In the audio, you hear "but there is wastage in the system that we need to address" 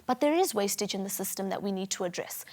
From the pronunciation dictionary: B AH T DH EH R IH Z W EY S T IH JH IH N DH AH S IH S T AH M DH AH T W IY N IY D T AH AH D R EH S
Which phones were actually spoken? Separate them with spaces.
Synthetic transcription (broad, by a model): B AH T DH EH R IH Z W EY S T IH JH IH N DH AH S IH S T AH M DH AH T W IY N IY D T AH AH D R EH S